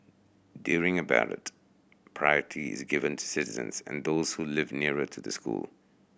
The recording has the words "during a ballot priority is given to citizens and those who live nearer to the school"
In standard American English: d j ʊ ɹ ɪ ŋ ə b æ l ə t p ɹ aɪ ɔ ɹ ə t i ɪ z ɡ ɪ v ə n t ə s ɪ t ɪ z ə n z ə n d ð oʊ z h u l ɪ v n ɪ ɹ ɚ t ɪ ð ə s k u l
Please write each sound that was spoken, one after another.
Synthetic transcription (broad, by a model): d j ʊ ɹ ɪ ŋ ə b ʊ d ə t p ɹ aɪ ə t i ɪ z ɡ ɪ v ə n t ə s ɪ t ɪ z ə n z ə n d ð oʊ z h u l ɪ v n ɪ ɹ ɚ t ɪ ð ə s k u l